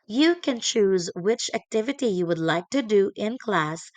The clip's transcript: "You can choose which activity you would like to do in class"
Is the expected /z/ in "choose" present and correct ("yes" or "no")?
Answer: yes